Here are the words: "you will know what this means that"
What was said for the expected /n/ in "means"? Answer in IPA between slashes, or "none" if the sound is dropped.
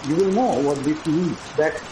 none